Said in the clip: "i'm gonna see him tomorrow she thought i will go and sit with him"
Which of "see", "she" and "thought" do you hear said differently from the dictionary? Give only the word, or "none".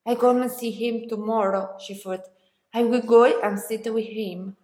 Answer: thought